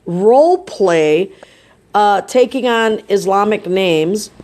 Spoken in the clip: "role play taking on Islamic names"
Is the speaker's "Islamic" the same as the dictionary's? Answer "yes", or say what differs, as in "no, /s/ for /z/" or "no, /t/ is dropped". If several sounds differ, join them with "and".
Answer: yes